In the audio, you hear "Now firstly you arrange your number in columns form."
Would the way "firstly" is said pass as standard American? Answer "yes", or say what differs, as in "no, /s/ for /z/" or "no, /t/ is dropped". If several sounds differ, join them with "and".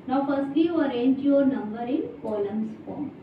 no, /l/ is dropped